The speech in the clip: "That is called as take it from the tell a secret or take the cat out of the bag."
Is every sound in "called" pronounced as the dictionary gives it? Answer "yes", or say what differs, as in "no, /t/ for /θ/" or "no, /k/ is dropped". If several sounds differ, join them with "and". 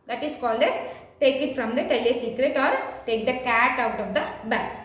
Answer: yes